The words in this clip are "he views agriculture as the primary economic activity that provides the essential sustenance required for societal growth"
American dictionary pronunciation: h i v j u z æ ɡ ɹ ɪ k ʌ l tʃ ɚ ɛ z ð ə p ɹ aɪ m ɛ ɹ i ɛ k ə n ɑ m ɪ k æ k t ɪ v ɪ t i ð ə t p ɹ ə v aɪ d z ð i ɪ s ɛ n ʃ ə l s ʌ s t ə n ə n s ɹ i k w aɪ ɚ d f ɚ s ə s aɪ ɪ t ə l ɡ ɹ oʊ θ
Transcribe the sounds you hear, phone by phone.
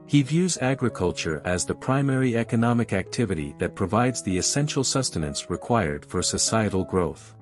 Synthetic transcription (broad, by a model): h i v j u z æ ɡ ɹ ɪ k ʌ l tʃ ɚ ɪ z ð ə p ɹ aɪ m ɛ ɹ i ɛ k ə n ɑ m ɪ k æ k t ɪ v ɪ t i ð ə t p ɹ ə v aɪ d z ð i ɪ s ɛ n ʃ l s ʌ s t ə n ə n s ɹ i k w aɪ ɚ d f ɚ s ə s aɪ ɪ t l ɡ ɹ oʊ θ